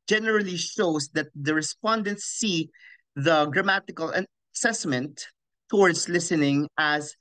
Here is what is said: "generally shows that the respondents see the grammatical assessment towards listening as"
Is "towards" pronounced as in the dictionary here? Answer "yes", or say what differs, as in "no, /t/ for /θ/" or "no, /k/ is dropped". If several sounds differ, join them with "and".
no, /s/ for /z/